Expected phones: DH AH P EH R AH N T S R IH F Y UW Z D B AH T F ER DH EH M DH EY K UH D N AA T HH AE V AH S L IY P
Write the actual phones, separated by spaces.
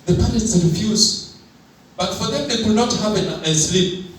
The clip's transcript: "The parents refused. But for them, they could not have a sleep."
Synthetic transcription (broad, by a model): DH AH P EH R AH T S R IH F Y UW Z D B AH T F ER DH EH M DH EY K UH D N AA T HH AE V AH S L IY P